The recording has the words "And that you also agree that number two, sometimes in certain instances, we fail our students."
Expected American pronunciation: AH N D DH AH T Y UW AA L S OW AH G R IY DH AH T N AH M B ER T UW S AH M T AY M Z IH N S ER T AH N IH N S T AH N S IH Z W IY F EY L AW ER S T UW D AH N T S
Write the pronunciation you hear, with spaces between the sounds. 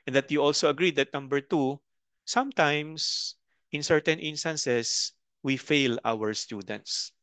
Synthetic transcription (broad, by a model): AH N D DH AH T Y UW AA L S OW AH G R IY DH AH T N AH M B ER T UW S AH M T AY M S IH N S ER T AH N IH N S T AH N S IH S W IY F EY L AW ER S T UW D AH N T S